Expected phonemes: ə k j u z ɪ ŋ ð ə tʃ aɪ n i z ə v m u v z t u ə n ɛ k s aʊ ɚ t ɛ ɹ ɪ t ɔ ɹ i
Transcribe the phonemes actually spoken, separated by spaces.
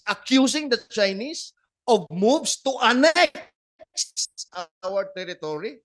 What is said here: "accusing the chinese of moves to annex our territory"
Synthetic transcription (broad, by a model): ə k j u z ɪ ŋ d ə tʃ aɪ n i s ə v m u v s t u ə n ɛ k s aʊ ɚ t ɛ ɹ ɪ t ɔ ɹ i